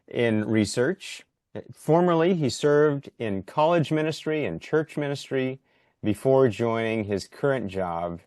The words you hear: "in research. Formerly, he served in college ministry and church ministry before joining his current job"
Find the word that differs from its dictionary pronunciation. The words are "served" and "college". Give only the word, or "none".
none